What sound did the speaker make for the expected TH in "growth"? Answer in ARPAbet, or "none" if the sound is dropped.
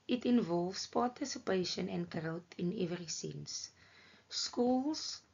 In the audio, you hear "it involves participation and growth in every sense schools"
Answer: T